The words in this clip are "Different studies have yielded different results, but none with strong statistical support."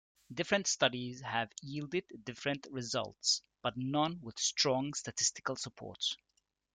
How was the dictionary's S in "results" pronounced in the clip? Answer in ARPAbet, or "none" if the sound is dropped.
S